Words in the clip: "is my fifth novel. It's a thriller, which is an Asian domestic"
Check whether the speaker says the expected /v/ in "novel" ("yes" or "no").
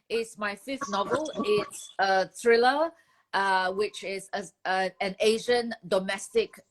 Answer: yes